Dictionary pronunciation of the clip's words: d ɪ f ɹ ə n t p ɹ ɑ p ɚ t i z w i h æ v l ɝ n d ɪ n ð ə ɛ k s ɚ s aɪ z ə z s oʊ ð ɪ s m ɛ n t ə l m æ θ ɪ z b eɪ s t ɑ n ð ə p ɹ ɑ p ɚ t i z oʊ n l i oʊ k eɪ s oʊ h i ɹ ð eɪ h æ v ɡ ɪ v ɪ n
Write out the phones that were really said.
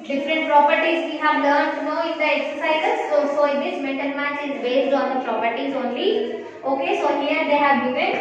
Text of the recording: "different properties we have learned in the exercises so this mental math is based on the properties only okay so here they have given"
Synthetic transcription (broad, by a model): d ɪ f ɹ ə n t p ɹ ɑ p ɚ t i z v i h æ v l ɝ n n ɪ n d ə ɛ k s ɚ s aɪ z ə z s oʊ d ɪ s m ɛ n t ə l m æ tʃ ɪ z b eɪ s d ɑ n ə p ɹ ɑ p ɚ t i z oʊ n l i oʊ k eɪ s oʊ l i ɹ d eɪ h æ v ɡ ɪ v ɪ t